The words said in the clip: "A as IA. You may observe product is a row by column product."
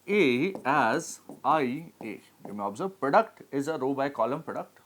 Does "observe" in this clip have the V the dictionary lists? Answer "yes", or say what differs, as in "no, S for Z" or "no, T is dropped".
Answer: no, B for V